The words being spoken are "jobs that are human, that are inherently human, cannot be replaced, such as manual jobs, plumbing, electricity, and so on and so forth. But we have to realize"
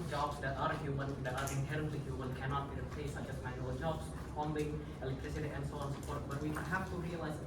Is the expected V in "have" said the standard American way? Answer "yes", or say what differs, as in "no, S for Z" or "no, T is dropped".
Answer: no, F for V